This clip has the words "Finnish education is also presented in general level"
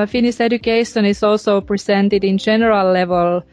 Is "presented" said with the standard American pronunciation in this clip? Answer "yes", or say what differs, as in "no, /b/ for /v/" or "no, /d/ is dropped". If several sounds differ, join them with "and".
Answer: no, /s/ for /z/